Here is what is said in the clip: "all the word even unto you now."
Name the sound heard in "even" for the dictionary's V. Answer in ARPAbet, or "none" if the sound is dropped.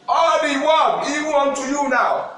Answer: W